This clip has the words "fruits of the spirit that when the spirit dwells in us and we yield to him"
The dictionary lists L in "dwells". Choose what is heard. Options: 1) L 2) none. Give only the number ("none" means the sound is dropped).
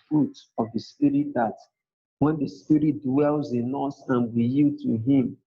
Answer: 1